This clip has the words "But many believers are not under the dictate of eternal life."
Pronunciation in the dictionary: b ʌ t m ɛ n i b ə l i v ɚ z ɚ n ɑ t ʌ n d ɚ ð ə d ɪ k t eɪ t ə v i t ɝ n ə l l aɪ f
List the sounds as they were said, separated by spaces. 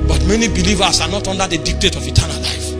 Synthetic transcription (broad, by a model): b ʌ t m ɛ n i b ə l i v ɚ s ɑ n ɑ t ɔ n d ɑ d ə d ɪ k t eɪ t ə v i t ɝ n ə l l aɪ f